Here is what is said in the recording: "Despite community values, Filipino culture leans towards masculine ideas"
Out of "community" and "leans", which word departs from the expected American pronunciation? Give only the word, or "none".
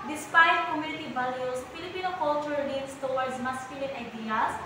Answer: leans